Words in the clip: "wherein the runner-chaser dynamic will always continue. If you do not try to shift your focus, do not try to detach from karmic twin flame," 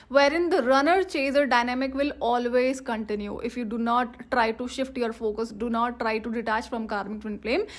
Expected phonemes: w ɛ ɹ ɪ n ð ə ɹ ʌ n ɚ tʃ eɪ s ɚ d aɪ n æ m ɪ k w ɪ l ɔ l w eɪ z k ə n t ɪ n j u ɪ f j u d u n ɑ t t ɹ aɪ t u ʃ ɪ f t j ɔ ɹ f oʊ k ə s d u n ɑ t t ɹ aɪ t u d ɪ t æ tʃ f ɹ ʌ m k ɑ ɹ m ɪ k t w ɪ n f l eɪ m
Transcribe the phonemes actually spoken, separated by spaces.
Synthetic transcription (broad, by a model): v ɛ ɹ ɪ n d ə ɹ ʌ n ɚ tʃ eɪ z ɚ d aɪ n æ m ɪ k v ɪ l ɔ l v eɪ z k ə n t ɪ n j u ɪ f j u d u n ɑ t t ɹ aɪ t u ʃ ɪ f t j ɔ ɹ f oʊ k ə s d u n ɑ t t ɹ aɪ t u d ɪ t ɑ tʃ f ɹ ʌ m k ɑ ɹ m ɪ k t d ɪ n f l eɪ m